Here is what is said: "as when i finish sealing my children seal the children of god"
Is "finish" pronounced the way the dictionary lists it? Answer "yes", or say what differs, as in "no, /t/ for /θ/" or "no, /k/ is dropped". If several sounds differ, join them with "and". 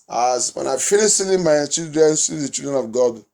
no, /l/ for /n/